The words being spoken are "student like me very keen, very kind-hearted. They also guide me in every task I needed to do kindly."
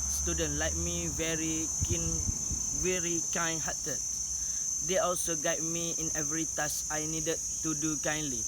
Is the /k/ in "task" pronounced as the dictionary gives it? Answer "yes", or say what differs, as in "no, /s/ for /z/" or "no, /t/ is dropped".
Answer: no, /k/ is dropped